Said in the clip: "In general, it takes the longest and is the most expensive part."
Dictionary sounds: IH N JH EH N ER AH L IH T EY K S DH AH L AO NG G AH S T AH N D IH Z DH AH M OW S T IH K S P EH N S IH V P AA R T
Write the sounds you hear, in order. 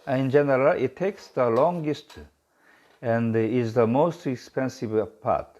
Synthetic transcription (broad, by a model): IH N JH EH N ER AH L IH T EY K S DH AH L AO NG G AH S T AH N D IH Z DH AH M OW S T IH K S P EH N S IH V P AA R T